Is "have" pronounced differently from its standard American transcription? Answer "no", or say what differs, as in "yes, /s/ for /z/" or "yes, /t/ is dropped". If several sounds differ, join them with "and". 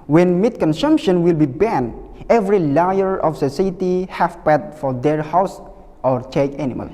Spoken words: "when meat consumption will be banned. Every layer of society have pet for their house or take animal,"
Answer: yes, /f/ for /v/